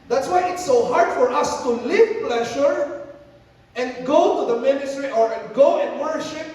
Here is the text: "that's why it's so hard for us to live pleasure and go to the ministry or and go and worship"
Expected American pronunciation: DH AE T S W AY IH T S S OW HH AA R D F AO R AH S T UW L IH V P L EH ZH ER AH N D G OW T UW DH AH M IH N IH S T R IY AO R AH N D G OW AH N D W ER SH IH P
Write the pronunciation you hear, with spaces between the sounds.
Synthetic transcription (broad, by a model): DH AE T S W AY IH T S S OW HH AA R D F AO R AH S T UW L IH V P L EH SH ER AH N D G OW T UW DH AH M IH N IH S T R IY AO R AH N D G OW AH N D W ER SH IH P